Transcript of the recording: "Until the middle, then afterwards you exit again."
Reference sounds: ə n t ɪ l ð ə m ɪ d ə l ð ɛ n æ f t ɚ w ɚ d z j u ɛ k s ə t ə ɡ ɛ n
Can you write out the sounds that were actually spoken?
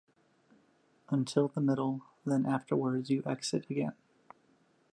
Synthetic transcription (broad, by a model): ə n t ɪ l ð ə m ɪ d l ð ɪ n æ f t ɚ w ɚ d z j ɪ ɛ k s ə t ə ɡ ɛ n